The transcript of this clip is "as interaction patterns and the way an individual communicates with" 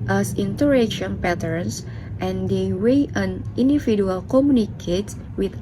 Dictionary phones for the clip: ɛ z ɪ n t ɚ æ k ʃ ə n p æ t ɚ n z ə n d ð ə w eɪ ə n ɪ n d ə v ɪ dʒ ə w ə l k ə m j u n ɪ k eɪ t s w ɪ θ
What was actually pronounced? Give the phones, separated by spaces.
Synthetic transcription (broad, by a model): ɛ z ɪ n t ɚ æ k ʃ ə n p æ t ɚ n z ə n d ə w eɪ ə n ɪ n d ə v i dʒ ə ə l k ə m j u n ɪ k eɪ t w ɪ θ